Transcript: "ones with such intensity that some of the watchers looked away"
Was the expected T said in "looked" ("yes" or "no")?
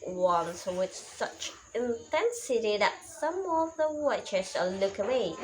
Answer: no